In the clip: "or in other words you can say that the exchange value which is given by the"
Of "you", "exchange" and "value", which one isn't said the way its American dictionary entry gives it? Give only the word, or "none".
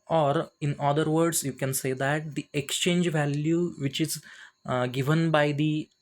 none